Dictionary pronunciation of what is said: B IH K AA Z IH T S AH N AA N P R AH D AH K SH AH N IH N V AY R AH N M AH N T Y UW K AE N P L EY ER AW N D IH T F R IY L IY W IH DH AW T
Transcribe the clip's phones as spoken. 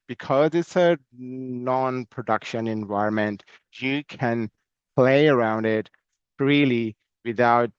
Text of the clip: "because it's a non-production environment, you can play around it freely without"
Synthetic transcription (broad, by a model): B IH K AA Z IH T S AH N AA N P R AH D AH K SH AH N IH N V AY AH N M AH N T Y UW K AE N P L EY ER AW N D IH T F R IY L IY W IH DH AW T